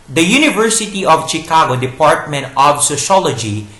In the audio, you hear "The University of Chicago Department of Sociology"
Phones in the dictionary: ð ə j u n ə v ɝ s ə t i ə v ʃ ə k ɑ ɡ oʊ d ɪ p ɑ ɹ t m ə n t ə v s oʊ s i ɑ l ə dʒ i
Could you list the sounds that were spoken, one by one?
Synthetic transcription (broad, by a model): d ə j u n ə v ɝ s ə t i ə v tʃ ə k ɑ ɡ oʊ d ɪ p ɑ ɹ t m ə n t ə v s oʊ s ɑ l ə dʒ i